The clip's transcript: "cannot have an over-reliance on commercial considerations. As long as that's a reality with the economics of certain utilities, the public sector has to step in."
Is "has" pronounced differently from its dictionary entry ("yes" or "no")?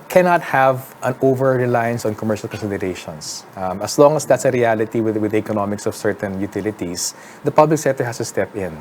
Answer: yes